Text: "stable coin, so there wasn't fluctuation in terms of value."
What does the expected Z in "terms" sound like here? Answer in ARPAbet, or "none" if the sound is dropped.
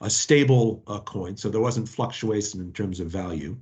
Z